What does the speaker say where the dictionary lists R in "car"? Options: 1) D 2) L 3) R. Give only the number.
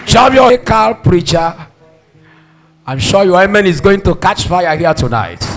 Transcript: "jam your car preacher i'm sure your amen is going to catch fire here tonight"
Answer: 2